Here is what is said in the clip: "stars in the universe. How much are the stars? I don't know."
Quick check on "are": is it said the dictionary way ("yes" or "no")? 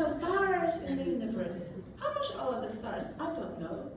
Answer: no